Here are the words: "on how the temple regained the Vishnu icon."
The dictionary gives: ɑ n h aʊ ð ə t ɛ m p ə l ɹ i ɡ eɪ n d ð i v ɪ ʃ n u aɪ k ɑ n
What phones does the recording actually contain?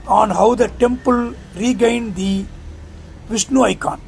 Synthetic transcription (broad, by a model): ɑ n h aʊ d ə t ɛ m p ə l ɹ i ɡ eɪ n d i v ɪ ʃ n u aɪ k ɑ n